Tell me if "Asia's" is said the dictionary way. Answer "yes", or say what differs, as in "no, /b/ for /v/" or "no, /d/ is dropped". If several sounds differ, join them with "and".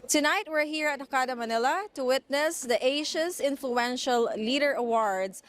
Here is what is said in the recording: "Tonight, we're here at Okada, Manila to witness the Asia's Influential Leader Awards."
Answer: no, /ʃ/ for /ʒ/ and /s/ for /z/